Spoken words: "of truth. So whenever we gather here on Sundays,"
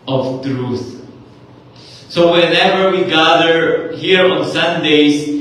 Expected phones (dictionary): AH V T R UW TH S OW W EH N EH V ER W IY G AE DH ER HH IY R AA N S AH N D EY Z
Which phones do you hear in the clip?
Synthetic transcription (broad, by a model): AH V T R UW TH S OW W EH N EH V ER W IY G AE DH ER HH IY R AA N S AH N D EY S